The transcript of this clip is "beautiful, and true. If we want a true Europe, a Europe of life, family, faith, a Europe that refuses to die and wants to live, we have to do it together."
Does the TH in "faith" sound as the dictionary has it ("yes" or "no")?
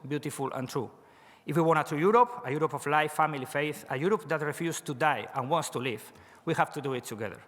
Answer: yes